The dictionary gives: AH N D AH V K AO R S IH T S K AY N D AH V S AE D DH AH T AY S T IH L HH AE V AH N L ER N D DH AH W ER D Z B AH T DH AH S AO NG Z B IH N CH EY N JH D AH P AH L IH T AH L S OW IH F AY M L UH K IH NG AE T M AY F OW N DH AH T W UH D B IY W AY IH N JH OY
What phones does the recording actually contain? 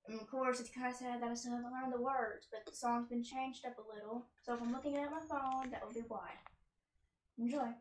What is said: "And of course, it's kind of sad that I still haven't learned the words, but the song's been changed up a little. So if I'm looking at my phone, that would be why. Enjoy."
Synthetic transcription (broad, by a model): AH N AH V K AO R S IH T S K AY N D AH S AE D DH AH T AY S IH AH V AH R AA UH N DH AH W ER D Z B AH T DH AH S AO NG Z B IH N CH EY N JH D AH P AH L IH T L S OW IH F AY M L UH K IH NG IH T M AY F OW N DH AH T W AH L B IY W AY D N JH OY